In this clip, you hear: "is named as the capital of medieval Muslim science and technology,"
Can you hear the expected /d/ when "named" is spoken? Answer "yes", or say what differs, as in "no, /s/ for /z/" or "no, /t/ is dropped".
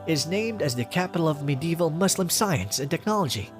yes